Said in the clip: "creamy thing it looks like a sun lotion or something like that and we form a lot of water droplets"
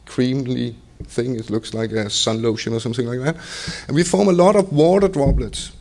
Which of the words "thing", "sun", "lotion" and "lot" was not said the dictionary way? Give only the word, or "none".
none